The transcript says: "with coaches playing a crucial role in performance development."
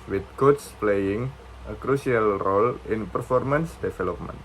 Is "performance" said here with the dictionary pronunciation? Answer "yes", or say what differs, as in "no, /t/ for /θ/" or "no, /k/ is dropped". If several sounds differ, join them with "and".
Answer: yes